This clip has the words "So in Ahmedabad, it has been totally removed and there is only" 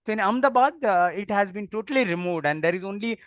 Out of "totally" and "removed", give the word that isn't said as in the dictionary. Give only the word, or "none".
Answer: none